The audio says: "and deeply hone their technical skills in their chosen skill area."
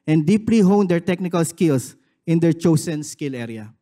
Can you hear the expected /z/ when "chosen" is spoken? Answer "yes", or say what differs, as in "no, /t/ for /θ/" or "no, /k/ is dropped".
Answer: no, /s/ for /z/